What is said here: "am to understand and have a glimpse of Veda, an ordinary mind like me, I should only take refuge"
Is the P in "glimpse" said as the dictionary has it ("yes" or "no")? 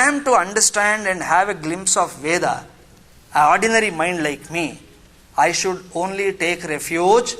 yes